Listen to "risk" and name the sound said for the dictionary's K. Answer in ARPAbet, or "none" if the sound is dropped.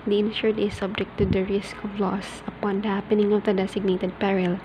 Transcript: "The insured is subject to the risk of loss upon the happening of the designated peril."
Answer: K